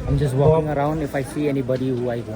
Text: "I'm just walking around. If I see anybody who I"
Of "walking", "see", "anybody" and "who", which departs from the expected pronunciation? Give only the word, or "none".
walking